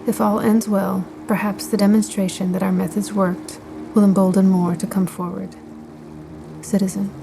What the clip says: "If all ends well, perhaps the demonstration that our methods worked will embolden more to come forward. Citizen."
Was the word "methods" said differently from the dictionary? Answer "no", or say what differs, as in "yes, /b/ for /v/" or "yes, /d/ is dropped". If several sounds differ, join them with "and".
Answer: no